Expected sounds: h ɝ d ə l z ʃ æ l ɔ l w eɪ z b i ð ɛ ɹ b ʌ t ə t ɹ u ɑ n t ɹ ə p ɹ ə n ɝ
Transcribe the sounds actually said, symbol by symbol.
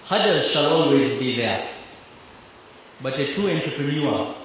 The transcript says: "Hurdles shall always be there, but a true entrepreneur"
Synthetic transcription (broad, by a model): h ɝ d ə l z ʃ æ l ɔ l w eɪ z b i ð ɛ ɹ b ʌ t ə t u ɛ n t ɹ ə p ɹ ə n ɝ